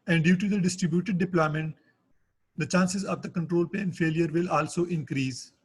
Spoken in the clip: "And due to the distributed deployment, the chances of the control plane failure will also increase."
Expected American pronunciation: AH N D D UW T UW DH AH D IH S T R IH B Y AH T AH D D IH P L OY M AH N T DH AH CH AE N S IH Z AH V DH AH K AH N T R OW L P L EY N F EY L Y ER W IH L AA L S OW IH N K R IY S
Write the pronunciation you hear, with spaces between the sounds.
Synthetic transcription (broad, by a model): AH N D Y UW T UW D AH D IH S T R IH B Y AH T AH D D IH P L OY M AH N T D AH CH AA N S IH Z AH V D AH K AH N T R OW L P EY N F EY L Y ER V IH L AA L S OW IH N K R IY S